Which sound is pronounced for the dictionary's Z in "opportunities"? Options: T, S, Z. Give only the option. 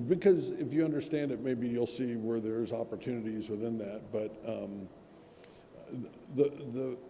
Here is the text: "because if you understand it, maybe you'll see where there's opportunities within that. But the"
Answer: Z